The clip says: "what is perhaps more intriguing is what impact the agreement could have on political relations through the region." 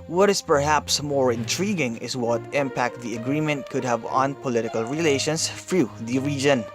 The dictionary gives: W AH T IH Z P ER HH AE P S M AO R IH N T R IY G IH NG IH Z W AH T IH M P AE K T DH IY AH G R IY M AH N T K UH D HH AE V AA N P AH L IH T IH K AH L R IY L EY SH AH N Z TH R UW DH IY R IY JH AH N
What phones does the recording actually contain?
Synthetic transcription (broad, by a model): W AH T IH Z P ER HH AE P S M AO R IH N T R IY G IH NG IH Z W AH T IH M P AE K T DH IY AH G R IY M AH N T K UH D HH AE V AA N P AH L IH T IH K AH L R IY L EY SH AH N S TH R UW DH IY R IY JH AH N